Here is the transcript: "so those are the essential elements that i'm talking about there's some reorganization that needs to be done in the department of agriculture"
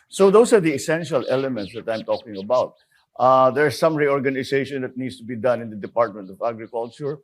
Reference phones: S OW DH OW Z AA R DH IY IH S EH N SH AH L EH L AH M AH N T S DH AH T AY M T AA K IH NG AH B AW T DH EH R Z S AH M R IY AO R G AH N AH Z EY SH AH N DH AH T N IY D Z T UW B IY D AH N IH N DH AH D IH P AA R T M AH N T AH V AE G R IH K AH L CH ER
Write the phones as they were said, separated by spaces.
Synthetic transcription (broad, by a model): S OW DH OW S AA R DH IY IH S EH N SH AH L EH L AH M AH N T S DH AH T AY M T AA K IH NG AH B AW T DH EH R S AH M R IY AO R G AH N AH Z EY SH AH N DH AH T N IY D S T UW B IY D AH N IH N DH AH D IH P AA R T M AH N T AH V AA G R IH K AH L CH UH